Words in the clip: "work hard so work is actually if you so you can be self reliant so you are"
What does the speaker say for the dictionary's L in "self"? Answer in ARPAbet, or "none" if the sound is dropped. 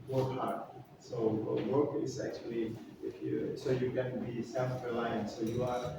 none